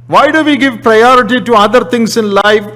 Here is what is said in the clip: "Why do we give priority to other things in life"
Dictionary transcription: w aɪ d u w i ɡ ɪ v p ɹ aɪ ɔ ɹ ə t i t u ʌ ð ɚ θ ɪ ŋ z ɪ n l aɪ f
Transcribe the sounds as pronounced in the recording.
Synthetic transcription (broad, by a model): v aɪ d u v i ɡ ɪ v p ɹ aɪ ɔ ɹ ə t i t u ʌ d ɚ t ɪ ŋ s ɪ n l aɪ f